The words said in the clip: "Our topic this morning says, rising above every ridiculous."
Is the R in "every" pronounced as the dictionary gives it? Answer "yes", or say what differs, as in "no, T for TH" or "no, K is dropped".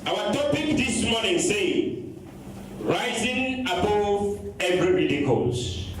yes